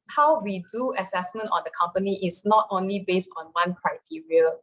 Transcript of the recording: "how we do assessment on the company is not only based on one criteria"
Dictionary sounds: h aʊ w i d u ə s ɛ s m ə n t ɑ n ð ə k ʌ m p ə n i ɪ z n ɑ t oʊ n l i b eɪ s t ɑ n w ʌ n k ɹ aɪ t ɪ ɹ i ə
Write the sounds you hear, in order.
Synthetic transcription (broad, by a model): h aʊ w i d u ə s ɛ s m ə n t ɑ n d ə k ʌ m p ə n i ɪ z n ɑ t oʊ n l i b eɪ s t ɑ n w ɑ n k ɹ aɪ t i ɹ i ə